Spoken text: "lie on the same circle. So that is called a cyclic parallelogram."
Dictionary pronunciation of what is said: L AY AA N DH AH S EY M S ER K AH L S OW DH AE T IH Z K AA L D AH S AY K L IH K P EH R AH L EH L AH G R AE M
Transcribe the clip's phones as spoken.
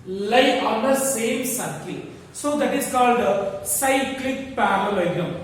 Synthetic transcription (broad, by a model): L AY AA N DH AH S EY M S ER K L S OW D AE T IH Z K AA L D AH S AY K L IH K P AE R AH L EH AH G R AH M